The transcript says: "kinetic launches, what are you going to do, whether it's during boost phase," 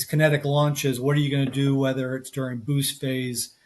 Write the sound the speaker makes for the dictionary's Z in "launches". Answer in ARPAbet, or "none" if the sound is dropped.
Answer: Z